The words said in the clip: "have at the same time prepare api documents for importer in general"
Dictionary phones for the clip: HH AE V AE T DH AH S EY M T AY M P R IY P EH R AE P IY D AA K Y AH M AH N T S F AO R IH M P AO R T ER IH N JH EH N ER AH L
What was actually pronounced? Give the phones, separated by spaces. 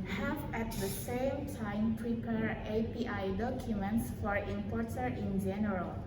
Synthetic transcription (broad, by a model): HH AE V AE T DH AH S EY M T AY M P R IY P EH R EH P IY D AA K Y AH M AH N T S F AO R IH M P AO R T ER IH N JH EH N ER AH L